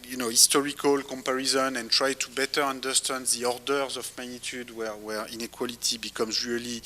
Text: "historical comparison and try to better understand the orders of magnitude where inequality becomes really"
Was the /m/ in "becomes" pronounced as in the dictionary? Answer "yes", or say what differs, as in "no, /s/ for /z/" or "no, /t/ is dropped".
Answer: yes